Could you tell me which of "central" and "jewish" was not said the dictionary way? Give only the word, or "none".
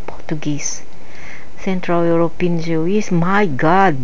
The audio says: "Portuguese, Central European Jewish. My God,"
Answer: jewish